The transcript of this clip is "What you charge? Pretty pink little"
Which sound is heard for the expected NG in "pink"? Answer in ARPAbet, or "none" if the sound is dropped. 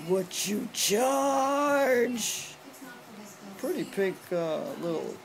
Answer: none